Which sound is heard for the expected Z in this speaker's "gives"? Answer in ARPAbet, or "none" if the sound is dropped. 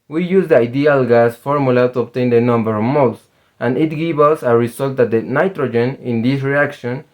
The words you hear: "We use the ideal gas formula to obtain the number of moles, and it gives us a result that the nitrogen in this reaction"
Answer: none